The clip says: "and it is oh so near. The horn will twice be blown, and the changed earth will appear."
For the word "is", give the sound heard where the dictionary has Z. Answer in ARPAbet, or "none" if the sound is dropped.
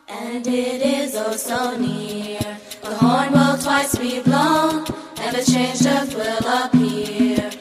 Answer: Z